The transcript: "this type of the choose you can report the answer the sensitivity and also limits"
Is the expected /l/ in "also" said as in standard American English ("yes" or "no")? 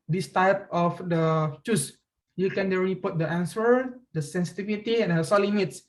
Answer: no